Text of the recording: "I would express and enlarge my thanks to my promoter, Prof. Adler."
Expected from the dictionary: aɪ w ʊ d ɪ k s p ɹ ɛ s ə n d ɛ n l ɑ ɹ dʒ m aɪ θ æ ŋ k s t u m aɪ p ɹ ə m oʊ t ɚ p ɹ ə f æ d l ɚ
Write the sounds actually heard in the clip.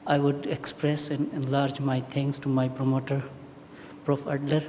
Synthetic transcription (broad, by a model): aɪ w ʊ d ɪ k s p ɹ ɛ s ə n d ɛ n l ɑ ɹ dʒ m aɪ t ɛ ŋ k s t u m aɪ p ɹ ə m oʊ t ɚ p ɹ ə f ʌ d l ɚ